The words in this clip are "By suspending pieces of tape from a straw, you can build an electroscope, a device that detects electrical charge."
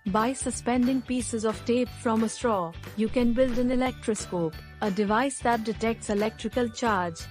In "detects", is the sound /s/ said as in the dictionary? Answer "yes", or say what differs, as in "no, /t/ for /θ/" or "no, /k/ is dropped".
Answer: yes